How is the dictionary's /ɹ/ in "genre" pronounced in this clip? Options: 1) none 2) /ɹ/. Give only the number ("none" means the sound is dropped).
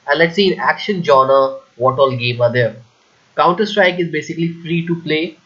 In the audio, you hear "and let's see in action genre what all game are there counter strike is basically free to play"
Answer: 1